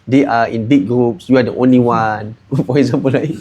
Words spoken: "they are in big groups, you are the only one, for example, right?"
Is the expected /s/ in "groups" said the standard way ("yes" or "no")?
yes